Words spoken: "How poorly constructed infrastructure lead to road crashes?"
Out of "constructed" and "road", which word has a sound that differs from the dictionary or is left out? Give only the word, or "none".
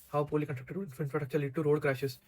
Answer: constructed